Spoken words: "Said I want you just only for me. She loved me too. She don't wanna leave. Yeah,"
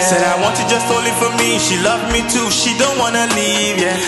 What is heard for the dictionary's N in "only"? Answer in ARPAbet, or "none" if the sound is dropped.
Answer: none